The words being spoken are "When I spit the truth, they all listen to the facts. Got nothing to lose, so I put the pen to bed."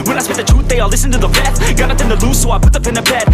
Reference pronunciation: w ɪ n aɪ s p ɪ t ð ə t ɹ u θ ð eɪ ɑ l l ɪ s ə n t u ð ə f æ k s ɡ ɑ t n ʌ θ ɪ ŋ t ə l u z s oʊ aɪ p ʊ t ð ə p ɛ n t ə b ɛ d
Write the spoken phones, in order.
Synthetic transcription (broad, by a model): w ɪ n aɪ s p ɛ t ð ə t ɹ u t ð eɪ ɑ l l ɪ s ə n t u ð ə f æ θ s ɡ ɑ t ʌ t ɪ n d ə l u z s oʊ aɪ p ʊ t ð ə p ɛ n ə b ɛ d